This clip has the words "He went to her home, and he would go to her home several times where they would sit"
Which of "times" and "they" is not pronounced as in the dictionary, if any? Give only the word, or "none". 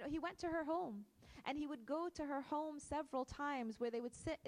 none